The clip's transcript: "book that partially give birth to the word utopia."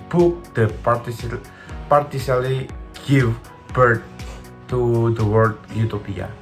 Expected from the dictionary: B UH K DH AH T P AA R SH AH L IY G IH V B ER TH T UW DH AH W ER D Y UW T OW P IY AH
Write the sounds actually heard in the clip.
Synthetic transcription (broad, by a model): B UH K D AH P P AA R S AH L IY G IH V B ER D T UW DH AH W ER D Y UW T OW P IY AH